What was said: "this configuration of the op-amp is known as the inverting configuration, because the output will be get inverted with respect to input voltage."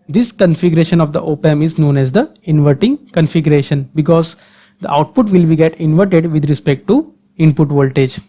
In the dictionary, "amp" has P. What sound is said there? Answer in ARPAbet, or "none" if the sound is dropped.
none